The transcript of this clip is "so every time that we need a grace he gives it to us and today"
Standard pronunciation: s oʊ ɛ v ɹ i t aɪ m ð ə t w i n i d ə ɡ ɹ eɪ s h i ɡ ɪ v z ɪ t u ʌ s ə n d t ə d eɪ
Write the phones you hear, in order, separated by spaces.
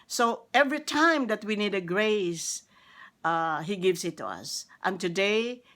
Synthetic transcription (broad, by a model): s oʊ ɛ v ɹ i t aɪ m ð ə t w i n i d ə ɡ ɹ eɪ s h i ɡ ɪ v s ɪ t u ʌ s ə n t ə d eɪ